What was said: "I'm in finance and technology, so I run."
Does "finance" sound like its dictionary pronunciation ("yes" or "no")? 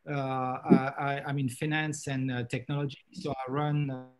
yes